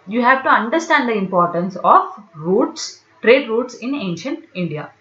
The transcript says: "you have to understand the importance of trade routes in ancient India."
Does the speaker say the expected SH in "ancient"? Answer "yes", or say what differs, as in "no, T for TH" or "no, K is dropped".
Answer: yes